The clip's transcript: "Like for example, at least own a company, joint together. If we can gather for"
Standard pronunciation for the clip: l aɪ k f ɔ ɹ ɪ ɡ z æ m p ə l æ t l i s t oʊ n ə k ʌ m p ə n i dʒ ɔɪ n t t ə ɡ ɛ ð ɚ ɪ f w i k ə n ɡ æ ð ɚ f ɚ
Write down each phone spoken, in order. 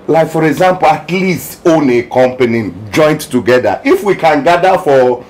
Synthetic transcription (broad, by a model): l aɪ k f ɔ ɹ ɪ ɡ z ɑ m p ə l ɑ t l i s t oʊ n ə k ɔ m p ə n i dʒ ɔɪ n t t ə ɡ ɛ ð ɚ ɪ f w i k ə n ɡ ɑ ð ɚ f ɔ